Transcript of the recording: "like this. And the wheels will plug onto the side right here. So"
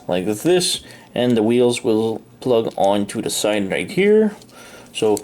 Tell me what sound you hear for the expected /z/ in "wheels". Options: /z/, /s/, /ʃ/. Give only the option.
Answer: /z/